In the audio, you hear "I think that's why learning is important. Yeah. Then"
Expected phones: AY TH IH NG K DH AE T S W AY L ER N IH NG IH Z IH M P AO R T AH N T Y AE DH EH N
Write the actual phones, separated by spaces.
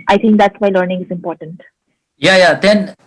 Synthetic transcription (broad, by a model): AY T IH NG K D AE T S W AY L ER N IH NG IH Z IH M P AO R T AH N T Y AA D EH N